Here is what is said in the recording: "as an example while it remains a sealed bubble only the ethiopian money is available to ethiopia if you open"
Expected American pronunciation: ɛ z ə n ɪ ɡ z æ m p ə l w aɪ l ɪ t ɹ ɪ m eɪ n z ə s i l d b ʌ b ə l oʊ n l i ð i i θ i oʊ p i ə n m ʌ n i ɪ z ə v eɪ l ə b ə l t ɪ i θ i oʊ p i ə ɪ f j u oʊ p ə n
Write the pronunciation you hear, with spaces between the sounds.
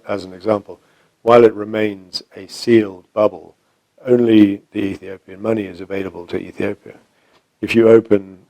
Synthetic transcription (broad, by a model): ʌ z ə n ɪ ɡ z æ m p ə l w aɪ l ɪ t ɹ ɪ m eɪ n z ə s i l d b ʌ b ə l oʊ n l i ð i i θ i oʊ p i ə n m ʌ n i ɪ z ə v eɪ l ə b ə l t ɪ i θ i oʊ p i ə ɪ f j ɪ oʊ p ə n